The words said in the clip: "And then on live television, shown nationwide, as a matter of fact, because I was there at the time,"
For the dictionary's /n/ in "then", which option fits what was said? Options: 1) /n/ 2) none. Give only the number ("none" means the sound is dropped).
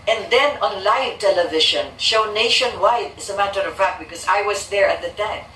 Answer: 1